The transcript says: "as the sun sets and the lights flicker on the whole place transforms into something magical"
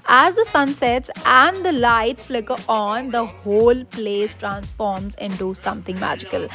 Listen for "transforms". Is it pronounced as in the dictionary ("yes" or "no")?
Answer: yes